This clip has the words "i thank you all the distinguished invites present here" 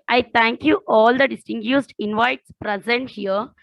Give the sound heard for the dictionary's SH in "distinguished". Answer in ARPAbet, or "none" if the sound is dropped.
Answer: S